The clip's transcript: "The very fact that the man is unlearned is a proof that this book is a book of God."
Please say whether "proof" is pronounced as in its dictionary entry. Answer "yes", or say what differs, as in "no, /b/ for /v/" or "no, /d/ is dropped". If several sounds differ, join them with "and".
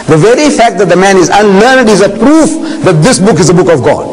yes